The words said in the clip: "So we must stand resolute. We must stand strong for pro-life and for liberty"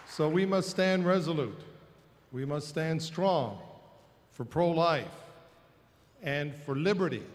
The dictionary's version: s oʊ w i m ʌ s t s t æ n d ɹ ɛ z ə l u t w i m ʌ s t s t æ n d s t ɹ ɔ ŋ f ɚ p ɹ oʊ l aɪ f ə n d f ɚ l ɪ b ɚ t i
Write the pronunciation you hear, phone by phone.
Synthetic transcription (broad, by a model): s oʊ w i m ʌ s t s t æ n d ɹ ɛ z ə l u t w i m ʌ s t s t æ n d s t ɹ ɔ ŋ f ɚ p ɹ oʊ l aɪ f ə n f ɚ l ɪ b ɚ t i